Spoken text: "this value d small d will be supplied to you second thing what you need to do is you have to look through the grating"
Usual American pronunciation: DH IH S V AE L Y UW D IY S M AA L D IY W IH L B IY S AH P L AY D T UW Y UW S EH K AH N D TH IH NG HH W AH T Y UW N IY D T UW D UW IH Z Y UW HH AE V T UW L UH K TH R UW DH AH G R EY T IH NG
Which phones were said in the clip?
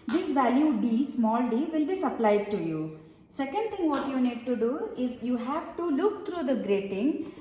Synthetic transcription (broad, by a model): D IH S V AE L Y UW D IY S M AA L D IY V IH L B IY S AH P L AY D T UW Y UW S EH K AH N D T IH NG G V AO T Y UW N IY D T UW D UW IH Z Y UW HH AE V T UW L UH K T R UW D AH G R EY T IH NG